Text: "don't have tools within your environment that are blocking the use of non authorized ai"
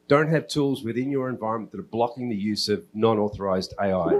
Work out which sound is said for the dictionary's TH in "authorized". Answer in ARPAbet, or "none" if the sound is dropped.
TH